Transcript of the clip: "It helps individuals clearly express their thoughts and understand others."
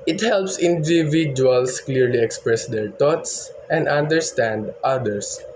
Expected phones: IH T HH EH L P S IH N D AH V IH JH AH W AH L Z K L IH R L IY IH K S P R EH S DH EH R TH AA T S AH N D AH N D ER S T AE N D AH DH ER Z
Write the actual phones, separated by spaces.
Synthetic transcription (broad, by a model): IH T HH EH L P S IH N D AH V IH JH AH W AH L S K L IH R L IY IH K S P R EH S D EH R T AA T S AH N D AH N D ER S T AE N D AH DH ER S